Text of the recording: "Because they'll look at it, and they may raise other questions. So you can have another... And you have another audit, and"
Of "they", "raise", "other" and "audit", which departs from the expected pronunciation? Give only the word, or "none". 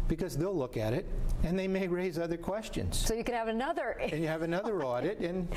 none